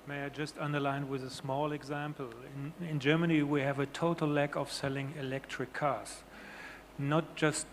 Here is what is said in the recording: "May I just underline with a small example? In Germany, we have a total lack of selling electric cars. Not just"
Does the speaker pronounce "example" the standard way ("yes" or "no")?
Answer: no